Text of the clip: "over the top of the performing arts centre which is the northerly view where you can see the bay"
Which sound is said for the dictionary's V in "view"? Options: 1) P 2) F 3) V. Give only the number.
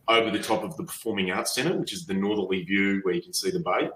3